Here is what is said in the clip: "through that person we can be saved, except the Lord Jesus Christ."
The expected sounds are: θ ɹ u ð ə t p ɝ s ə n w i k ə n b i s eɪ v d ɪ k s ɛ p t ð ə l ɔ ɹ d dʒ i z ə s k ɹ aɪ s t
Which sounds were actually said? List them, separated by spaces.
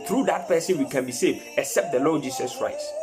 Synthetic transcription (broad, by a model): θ ɹ u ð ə t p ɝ s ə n w i k ə n b i s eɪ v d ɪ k s ɛ p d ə l ɔ dʒ i s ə s k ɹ aɪ s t